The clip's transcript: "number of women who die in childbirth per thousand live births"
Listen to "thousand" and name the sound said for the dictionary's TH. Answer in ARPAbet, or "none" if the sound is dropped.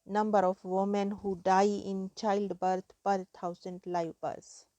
T